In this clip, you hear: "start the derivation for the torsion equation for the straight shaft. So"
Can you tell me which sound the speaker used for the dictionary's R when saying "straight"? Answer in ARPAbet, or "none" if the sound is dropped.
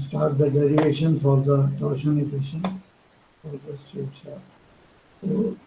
none